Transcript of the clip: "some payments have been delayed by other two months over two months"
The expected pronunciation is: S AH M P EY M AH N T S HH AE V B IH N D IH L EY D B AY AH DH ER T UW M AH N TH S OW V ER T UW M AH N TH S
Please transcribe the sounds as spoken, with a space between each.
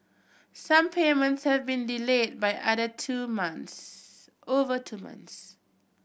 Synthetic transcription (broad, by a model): S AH M P EY M AH N T S HH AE V B IH N D IH L EY D B AY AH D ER T UW M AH N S OW V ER T UW M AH N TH S